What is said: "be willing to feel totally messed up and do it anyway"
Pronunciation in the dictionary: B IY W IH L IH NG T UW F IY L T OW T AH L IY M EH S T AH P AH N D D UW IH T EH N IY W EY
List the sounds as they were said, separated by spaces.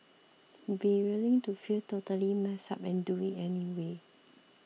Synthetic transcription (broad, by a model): B IY W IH L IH NG T UW F IY L T OW T AH L IY M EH S AA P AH N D D UW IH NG EH N IY W EY